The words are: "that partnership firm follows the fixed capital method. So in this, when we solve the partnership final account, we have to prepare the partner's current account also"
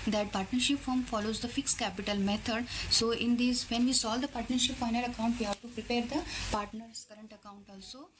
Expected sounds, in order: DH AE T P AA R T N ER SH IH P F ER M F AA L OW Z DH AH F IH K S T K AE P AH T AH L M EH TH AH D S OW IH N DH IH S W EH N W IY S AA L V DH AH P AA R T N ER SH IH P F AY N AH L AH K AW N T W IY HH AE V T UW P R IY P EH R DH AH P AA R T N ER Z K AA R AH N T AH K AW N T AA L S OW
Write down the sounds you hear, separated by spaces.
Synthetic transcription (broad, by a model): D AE T P AA R T N ER SH IH P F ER M F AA L OW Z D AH F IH K S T K AE P AH T AH L M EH T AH D S OW IH N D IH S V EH N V IY S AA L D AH P AA R T N ER SH IH P F AY N AH L AH K AW N T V IY HH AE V T UW P R IY P EH R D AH P AA R T N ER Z K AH R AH N T AH K AW N T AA L S OW